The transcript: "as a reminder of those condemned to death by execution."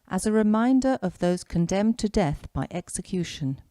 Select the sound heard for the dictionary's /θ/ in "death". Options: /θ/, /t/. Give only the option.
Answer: /θ/